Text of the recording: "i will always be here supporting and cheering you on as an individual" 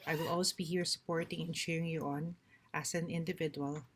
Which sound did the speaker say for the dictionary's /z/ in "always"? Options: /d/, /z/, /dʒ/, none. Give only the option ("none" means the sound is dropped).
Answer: none